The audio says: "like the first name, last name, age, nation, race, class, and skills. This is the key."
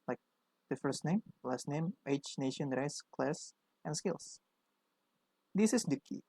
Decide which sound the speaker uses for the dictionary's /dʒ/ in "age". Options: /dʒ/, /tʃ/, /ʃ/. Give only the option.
/tʃ/